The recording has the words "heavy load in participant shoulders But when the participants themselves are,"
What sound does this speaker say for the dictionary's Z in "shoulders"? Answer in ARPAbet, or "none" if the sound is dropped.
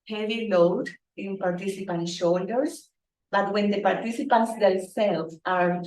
S